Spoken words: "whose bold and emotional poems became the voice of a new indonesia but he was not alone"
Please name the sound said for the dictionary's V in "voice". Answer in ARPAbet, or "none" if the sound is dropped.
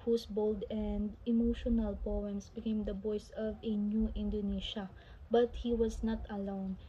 B